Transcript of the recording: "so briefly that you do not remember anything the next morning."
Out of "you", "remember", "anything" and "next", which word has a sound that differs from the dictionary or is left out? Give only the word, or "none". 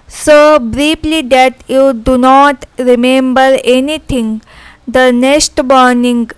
anything